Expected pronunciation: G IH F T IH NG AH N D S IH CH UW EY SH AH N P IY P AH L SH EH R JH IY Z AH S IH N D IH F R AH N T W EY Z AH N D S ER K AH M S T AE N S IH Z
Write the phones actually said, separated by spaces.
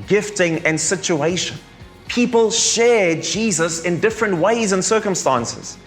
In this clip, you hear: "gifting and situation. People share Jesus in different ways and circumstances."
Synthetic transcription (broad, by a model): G IH F T IH NG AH N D S IH CH UW EY SH AH N P IY P AH L SH EH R JH IY Z AH S IH N D IH F R AH N T W EY Z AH N S ER K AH M S T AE N S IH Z